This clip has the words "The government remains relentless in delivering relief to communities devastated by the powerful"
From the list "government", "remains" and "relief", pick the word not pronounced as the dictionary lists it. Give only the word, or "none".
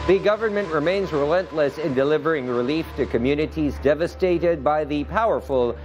none